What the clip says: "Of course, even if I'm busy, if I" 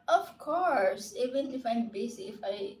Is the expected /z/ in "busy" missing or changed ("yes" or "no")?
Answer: yes